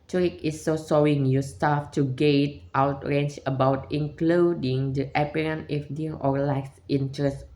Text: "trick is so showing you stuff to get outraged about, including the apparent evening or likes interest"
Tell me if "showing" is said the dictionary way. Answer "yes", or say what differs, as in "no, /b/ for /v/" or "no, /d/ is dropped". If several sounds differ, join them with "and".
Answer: no, /s/ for /ʃ/